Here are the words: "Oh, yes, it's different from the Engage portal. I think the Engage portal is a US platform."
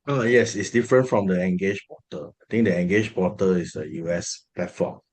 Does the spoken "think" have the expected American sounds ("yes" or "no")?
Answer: no